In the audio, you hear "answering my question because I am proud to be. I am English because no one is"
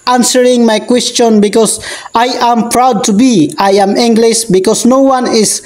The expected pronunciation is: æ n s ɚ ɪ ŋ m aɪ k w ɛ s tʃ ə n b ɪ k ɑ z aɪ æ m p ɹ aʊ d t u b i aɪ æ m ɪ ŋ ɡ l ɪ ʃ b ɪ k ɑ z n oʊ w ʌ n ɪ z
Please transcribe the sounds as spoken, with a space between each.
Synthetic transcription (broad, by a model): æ n s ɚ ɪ ŋ m aɪ k w ɛ s tʃ ə n b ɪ k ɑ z aɪ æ m p ɹ aʊ d t u b i aɪ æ m ɪ ŋ ɡ l ɪ ʃ b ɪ k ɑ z n oʊ w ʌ n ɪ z